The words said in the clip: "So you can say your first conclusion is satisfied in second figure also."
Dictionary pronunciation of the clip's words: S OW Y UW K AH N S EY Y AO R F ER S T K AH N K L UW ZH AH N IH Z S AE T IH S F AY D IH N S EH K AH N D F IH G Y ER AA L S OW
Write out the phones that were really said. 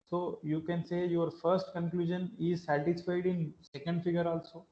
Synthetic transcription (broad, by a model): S OW Y UW K AH N S EY Y AO R F ER S T K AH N K L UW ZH AH N IH Z S AE T IH S F AY D IH N S EH K AH N D F IH G Y ER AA L S OW